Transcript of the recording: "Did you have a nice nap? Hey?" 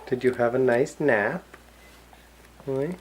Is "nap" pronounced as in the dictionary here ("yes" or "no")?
yes